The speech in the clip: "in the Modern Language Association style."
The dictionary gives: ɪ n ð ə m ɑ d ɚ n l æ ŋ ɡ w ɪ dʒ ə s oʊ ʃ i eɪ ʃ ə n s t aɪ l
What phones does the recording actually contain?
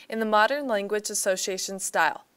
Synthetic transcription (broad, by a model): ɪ n ð ə m ɑ d ɚ n l æ ŋ ɡ w ɪ dʒ ə s oʊ ʃ i eɪ ʃ ə n s t aɪ l